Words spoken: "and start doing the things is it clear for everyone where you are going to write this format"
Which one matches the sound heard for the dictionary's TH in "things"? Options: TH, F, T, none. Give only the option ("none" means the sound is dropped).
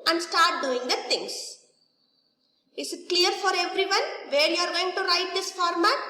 T